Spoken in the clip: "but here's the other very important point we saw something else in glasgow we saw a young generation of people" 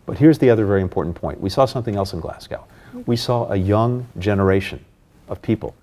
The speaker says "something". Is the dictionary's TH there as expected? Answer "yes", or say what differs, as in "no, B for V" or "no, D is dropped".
yes